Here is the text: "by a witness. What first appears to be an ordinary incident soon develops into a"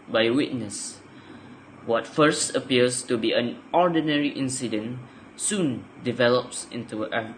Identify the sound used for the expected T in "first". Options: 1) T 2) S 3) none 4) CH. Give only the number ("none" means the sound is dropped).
1